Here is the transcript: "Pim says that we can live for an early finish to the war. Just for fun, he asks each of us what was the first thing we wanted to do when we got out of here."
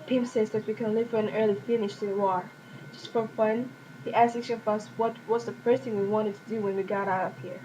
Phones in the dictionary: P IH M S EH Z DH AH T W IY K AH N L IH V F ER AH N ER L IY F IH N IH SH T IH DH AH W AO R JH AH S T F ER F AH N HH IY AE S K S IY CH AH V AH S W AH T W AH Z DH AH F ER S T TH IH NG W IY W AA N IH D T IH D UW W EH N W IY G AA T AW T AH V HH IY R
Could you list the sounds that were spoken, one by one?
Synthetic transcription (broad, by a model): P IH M S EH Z DH AH T W IY K AH N L IH V F ER AH N ER L IY F IH N IH SH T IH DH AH W AO R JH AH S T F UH F AH N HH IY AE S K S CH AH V AH S W AH T W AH S DH AH F ER S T TH IH NG W IY W AA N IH D T IH D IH W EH N W IY G AA T AW T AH P HH IY R